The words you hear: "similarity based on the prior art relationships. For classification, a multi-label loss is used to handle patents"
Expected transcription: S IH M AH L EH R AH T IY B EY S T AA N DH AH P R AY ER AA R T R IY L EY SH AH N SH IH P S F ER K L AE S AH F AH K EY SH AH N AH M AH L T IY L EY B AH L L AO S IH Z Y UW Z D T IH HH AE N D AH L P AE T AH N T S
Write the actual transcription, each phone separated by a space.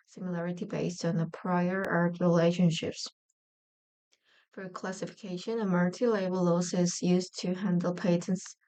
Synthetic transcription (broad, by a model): S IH M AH L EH R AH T IY B EY S T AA N DH AH P R AY ER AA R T R IY L EY SH AH N SH IH P S F ER K L AE S AH F AH K EY SH AH N AH M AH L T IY L EY B AH L L AO S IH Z Y UW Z T IH HH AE N D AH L P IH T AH N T S